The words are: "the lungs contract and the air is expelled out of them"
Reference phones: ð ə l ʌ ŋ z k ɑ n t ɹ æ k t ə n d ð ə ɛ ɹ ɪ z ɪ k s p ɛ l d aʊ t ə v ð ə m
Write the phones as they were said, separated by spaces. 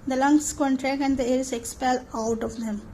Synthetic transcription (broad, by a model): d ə l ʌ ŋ s k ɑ n t ɹ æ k ə n d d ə ɛ ɹ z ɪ k s p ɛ l aʊ t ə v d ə m